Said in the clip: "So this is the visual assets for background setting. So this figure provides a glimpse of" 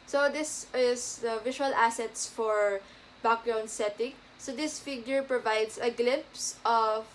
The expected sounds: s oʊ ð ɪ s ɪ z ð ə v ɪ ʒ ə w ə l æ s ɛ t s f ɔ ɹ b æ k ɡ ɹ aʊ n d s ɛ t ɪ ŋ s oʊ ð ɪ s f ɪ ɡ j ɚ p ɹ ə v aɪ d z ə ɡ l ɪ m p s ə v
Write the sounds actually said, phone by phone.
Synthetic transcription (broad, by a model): s oʊ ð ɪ s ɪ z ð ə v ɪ ʃ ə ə l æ s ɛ t s f ɔ ɹ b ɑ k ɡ ɹ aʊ n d s ɛ t ɪ ŋ s oʊ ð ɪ s f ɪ ɡ j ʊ p ɹ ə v aɪ d s ə ɡ l ɪ m p s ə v